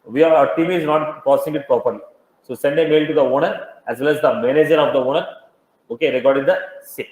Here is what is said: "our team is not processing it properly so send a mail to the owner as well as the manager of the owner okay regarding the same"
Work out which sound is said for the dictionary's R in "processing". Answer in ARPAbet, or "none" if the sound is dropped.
none